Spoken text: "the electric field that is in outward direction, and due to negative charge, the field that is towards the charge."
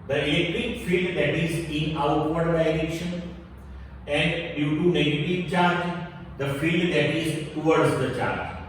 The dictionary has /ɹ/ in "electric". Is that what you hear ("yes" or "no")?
no